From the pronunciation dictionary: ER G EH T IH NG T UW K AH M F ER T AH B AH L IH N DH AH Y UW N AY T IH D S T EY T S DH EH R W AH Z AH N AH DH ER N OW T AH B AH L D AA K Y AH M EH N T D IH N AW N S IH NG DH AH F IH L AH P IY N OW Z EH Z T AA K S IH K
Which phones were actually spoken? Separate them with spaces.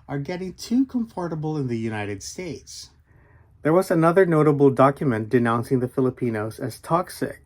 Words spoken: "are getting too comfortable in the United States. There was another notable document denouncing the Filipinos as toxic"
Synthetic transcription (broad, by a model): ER G EH T IH NG T UW K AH M F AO T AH B L IH N DH AH Y UW N AY T IH D S T EY T S DH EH R W AH Z AH N AH DH ER N OW T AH B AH L D AA K Y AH M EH N D IH N AW N S IH NG DH AH F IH L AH P IY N OW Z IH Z T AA K S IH K